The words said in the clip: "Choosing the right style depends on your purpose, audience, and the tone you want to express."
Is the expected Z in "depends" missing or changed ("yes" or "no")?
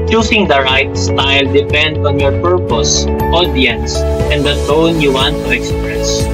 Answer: yes